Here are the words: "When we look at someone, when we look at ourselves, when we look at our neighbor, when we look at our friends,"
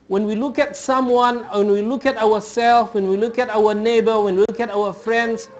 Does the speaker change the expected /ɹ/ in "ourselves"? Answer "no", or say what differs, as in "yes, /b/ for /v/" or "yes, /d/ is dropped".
yes, /w/ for /ɹ/